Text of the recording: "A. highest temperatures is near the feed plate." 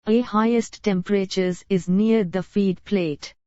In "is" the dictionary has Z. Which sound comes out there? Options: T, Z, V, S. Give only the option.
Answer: Z